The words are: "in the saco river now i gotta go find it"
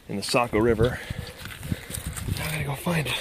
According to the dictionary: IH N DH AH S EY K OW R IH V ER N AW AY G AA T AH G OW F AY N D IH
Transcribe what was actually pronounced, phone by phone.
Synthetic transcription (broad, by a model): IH N DH AH S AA K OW R IH V ER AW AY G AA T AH G OW F AY N D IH